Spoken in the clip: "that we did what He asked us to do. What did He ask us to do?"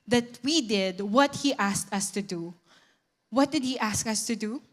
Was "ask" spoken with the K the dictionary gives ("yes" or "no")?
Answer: yes